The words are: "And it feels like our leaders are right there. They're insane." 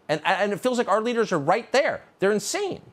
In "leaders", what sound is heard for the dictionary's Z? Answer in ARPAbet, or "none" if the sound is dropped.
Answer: Z